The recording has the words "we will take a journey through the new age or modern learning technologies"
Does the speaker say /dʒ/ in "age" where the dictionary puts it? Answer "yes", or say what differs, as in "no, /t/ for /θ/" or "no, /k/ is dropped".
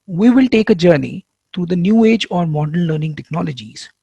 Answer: yes